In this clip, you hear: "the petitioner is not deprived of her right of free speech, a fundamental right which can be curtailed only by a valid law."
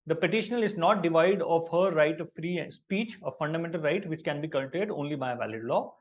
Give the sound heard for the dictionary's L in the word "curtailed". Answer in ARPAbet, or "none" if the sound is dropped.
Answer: none